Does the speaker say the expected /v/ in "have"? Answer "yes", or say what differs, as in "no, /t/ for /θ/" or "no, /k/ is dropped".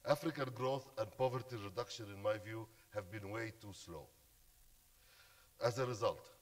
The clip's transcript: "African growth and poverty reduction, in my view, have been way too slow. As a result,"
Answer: yes